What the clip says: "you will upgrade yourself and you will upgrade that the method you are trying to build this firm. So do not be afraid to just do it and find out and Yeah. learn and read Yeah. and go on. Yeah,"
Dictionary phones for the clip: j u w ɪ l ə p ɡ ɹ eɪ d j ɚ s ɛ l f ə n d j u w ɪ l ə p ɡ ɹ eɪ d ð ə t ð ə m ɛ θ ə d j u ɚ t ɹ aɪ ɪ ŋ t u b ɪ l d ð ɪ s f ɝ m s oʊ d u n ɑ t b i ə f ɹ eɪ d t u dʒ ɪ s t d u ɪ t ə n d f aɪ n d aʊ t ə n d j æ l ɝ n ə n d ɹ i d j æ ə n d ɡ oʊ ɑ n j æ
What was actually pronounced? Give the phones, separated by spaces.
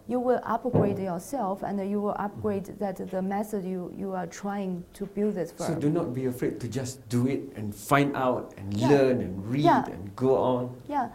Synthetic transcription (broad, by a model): j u w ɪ l ə p ɡ ɹ eɪ d j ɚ s ɛ l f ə n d j u w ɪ l ə p ɡ ɹ eɪ d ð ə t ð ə m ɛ s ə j j u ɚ t ɹ aɪ ɪ ŋ t u b ɪ l d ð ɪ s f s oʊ d u n ɑ t b i ə f ɹ eɪ d t u dʒ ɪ s d u ɪ t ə n f aɪ n d aʊ t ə n l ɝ n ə n ɹ i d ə n ɡ oʊ ɑ n j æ